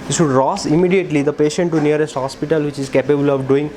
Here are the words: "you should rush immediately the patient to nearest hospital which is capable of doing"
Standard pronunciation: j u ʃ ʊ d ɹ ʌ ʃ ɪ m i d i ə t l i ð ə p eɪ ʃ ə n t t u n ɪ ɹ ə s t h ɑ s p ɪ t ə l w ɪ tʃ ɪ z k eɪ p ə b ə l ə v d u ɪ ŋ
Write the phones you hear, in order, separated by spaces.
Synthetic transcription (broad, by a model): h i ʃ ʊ d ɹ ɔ s ɪ m i d i ə t l i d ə p eɪ ʃ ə n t t u n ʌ ɹ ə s t h ɑ s p ɪ t ə l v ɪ tʃ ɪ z k eɪ p ə b ə l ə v d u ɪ ŋ